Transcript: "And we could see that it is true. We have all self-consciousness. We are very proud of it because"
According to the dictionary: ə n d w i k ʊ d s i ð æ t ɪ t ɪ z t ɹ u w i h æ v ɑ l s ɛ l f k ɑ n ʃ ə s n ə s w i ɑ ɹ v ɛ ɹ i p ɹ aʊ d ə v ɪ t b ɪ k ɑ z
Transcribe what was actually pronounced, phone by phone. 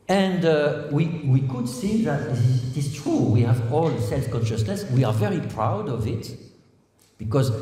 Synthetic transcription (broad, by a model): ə n d w i k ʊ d s i ð æ t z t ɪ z t ɹ u w i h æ v ɑ l s ɛ l f k ɑ n ʃ ə s n ə s w i ɑ ɹ v ɛ ɹ i p ɹ aʊ d ə v ɪ t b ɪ k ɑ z